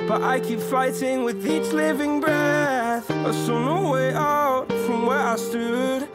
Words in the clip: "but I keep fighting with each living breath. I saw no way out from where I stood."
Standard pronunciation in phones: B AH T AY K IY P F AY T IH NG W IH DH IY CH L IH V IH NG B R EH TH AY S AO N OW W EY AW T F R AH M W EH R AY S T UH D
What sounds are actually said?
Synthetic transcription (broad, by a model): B AH T AY K IY P F AY T IH NG W IH DH IY CH L IH V IH NG B R EH TH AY S AO N OW W EY AW T F R AH M W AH R AY S T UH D